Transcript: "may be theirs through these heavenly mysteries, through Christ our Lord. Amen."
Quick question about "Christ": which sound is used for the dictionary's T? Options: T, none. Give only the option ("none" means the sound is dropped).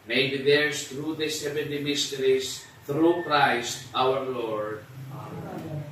T